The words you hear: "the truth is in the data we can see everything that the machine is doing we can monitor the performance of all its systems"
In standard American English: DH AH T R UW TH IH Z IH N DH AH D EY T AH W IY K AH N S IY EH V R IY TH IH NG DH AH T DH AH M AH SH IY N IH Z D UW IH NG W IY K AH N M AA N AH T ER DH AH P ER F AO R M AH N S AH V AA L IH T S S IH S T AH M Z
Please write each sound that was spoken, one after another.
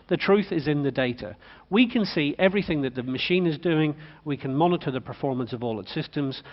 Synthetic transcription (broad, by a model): DH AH T R UW TH IH Z IH N DH AH D EY T AH W IY K AH N S IY EH V R IY TH IH NG DH AH T DH AH M AH SH IY N IH Z D UW IH NG W IY K AH N M AA N AH T ER DH AH P ER F AO R M AH N S AH V AA L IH T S S IH S T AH M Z